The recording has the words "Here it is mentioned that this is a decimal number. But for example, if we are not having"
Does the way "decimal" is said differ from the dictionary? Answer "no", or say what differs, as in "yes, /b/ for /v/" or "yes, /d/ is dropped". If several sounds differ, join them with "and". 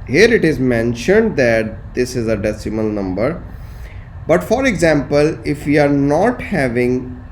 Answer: no